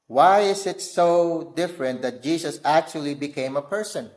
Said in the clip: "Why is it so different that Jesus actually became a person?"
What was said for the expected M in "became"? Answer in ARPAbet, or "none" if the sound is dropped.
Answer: M